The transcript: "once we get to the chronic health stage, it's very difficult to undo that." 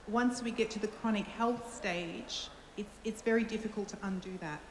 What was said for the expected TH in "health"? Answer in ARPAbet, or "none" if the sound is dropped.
TH